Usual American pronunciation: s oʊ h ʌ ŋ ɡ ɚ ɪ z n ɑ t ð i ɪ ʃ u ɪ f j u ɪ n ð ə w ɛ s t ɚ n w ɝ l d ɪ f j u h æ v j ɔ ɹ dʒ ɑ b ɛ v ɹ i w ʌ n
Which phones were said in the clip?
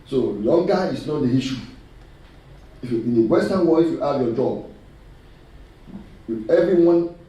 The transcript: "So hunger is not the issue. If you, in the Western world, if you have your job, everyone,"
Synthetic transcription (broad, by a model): s oʊ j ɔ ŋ ɡ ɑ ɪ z n ɑ t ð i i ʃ u ɪ f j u ɪ n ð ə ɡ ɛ s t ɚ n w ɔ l ɪ f j u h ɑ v j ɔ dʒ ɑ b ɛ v ɹ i w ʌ n